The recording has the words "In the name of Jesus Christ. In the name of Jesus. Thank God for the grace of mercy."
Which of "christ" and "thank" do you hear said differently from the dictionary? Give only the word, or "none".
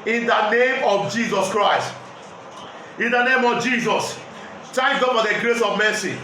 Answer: thank